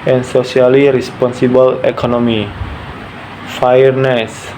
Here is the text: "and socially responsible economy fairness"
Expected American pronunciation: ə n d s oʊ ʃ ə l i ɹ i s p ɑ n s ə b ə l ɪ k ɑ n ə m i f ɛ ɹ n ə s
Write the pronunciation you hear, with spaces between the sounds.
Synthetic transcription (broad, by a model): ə n s oʊ s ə l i ɹ i s p ɑ n s ə b ə l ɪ k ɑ n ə m i f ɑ ɹ n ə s